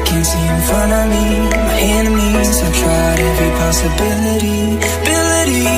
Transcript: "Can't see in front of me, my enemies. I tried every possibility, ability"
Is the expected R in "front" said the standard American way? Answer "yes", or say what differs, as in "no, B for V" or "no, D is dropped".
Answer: no, R is dropped